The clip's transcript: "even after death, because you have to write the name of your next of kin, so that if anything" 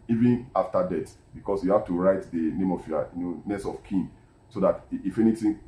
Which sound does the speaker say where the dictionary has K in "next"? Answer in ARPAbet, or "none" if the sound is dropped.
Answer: none